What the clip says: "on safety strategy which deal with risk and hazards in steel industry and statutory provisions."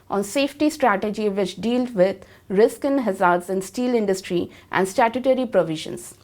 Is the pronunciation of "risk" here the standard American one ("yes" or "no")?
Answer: yes